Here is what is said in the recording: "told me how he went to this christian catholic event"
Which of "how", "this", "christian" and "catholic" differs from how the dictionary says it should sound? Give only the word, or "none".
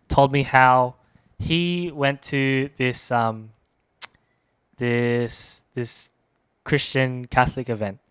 none